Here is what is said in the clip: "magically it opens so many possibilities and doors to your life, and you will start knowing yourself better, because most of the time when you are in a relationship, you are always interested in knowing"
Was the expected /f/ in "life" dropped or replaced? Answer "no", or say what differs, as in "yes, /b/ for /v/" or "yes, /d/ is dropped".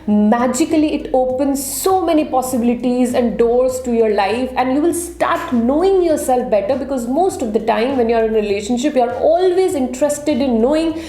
no